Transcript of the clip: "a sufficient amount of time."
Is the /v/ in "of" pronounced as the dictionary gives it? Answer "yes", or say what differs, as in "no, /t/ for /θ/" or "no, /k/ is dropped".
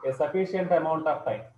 no, /p/ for /v/